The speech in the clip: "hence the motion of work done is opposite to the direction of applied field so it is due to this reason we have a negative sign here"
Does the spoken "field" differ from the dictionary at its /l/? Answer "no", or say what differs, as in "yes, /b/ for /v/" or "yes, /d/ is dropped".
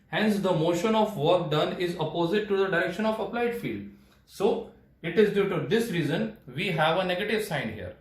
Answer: no